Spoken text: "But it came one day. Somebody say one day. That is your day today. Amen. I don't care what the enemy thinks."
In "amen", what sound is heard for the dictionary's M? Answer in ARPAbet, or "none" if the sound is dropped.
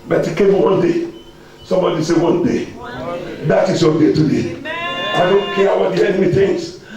none